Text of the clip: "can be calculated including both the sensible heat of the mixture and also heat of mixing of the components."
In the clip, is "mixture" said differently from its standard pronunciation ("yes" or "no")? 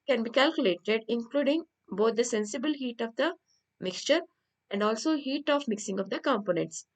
no